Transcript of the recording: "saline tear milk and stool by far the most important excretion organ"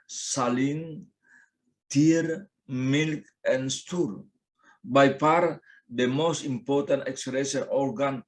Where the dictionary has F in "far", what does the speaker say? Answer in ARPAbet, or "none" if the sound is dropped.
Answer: P